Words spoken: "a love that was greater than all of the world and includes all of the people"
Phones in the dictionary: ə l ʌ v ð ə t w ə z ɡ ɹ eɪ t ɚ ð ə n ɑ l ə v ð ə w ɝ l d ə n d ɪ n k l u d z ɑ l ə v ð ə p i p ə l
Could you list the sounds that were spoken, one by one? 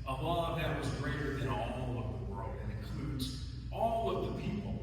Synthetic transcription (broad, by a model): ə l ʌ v ð ə t w ə z ɡ ɹ eɪ t ɚ ð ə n ɑ l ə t ð ə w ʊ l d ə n ɪ n k l u d z ɑ l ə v ð ə p i p l